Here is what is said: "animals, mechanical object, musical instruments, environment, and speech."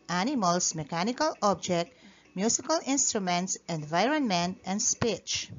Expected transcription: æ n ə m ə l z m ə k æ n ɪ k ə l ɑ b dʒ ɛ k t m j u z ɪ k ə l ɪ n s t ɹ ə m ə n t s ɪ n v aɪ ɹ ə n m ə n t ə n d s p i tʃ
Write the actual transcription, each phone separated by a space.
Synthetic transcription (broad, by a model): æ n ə m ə l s m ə k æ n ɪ k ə l ɑ b dʒ ɛ k t m j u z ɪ k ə l ɪ n s t ɹ ə m ə n t s ɪ n v aɪ ɹ ə n m ə n t ə n d s p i tʃ